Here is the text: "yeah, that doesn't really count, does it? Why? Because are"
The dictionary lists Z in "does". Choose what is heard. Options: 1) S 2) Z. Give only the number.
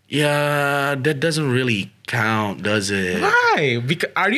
2